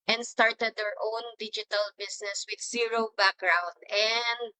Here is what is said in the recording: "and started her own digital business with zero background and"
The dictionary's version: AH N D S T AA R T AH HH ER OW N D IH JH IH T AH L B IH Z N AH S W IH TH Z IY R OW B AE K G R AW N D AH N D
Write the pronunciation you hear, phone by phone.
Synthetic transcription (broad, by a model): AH N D S T AA R T AH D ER OW N D IH JH IH T AH L B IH S N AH S W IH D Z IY R OW B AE K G R AW N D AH N D